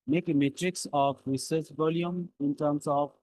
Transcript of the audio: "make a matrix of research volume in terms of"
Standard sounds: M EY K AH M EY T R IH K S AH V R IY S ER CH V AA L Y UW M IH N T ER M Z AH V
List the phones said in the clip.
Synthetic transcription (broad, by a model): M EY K M EY T R IH K S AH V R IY S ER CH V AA L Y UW M IH N T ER M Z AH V